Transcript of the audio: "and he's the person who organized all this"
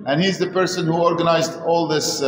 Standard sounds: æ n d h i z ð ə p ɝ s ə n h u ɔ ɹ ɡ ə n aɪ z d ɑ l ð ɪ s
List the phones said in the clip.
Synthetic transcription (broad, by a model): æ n h i z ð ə p ɝ s ə n h u ɔ ɹ ɡ ə n aɪ z d ɑ l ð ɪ s